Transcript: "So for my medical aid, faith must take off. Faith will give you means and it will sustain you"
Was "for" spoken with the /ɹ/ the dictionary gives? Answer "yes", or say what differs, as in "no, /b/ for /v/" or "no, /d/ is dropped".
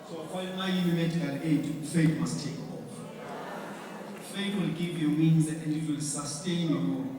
no, /l/ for /ɹ/